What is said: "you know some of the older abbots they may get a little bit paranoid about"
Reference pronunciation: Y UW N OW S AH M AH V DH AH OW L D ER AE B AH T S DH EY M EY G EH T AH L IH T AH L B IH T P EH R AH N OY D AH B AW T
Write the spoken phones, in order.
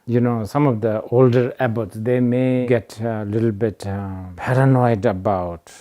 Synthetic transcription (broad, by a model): Y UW N OW S AH M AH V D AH OW L D ER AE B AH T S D EY M EY G EH T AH L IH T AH L B IH T P EH R AH N OY D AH B AW T